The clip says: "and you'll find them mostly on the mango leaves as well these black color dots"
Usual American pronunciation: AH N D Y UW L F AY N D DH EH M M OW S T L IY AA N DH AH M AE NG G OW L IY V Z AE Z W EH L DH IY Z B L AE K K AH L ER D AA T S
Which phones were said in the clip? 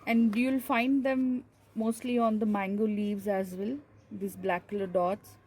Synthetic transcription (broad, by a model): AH N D Y UW L F AY N D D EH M M OW S T L IY AA N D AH M AE NG G OW L IY V Z AE Z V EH L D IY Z B L AE K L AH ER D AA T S